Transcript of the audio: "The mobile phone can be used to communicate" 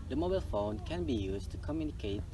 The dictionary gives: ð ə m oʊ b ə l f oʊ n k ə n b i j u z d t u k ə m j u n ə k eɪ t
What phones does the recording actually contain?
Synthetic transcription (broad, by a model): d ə m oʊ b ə l f oʊ n k ə n b i j u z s t u k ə m j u n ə k eɪ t